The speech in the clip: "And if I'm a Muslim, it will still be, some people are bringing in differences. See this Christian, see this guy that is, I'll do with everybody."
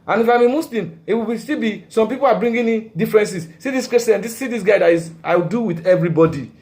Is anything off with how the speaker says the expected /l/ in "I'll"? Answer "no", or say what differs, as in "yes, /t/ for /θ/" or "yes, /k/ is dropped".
yes, /w/ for /l/